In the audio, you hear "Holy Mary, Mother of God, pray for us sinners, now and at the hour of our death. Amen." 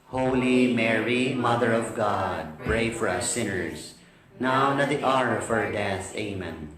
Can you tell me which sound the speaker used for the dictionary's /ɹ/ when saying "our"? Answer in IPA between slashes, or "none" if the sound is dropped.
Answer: /ɹ/